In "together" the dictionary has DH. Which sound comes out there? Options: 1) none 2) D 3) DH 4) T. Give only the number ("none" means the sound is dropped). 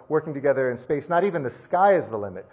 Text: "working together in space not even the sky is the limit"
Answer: 3